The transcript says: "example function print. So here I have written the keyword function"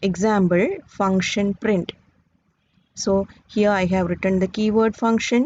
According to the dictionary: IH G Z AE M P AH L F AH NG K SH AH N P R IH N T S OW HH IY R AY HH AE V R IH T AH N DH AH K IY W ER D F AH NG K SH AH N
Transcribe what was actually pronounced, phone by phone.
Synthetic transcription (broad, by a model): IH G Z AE M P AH L F AH NG K SH AH N P R IH N T S OW HH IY R AY HH AE V R IH T AH N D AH K IY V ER D F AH NG K SH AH N